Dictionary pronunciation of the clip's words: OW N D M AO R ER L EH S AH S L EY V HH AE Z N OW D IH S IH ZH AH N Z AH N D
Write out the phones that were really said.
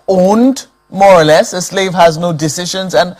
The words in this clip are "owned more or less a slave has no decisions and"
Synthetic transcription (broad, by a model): OW N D M AO R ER L EH S AH S L EY V HH AE Z N OW D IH S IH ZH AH N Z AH N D